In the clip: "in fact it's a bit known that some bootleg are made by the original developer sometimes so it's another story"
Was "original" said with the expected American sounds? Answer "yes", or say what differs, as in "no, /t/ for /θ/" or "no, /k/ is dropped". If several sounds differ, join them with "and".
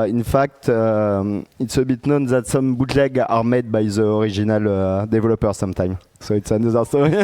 no, /ʒ/ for /dʒ/